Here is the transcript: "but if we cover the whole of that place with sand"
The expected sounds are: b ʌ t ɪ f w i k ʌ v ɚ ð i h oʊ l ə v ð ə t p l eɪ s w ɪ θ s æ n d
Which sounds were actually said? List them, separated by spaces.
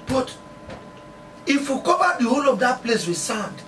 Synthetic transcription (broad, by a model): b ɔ t ɪ f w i k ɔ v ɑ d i h oʊ l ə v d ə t p l eɪ s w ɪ s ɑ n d